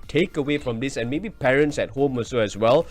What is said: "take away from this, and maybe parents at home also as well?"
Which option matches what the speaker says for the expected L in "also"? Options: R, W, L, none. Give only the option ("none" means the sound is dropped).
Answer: none